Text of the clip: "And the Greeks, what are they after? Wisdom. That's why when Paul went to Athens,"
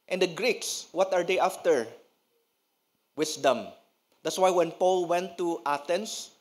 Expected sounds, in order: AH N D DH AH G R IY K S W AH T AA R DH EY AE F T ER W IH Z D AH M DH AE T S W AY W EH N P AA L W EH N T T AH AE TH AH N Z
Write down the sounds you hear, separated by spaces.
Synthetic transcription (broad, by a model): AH N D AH G R IY K S W AH T AA R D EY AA F T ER W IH S D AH M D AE T S W AY W EH N P AA L W EH N T T AH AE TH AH N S